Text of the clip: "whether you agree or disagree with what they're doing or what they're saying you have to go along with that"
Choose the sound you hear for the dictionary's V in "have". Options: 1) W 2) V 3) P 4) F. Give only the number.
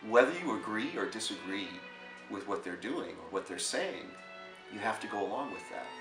4